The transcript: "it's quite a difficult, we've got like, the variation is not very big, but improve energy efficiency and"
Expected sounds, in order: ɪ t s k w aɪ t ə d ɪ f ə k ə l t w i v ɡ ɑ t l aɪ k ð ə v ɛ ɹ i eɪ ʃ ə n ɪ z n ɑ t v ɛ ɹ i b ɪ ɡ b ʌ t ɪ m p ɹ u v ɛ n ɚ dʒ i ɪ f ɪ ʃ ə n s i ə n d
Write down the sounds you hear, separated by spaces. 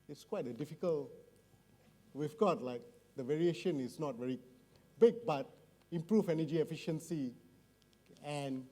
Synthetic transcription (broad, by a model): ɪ t s k w aɪ t ə d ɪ f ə k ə l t w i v ɡ ɑ t l aɪ k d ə v ɛ ɹ i eɪ ʃ ə n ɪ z n ɑ t v ɛ ɹ i b ɪ ɡ b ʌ t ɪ m p ɹ u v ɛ n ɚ dʒ i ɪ f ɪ ʃ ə n s i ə n